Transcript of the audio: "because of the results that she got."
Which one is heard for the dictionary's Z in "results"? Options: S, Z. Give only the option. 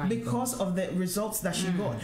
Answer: Z